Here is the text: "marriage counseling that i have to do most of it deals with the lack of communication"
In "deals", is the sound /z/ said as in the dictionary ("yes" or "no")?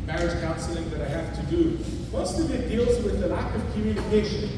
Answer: yes